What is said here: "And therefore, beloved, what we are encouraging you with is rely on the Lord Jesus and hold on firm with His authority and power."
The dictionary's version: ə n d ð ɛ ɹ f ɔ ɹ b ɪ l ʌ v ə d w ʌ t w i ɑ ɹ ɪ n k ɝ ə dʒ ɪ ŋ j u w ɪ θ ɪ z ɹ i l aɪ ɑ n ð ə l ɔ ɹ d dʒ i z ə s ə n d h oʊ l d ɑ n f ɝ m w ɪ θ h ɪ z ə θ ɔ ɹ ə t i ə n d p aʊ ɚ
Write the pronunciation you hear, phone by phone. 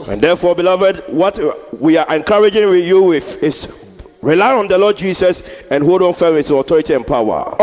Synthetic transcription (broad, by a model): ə n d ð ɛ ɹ f ɔ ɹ b ɪ l ʌ v ə d w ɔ t w i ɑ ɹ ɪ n k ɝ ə dʒ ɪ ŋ j u w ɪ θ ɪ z ɹ i l aɪ ɑ n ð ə l ɔ d dʒ i s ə s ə n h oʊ d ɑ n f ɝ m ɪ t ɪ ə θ ɔ ɹ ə t i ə n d p aʊ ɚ